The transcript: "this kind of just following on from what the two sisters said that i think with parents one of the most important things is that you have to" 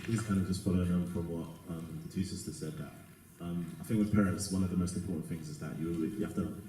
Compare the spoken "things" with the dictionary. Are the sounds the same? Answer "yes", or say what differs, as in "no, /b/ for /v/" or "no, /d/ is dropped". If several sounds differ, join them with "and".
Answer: yes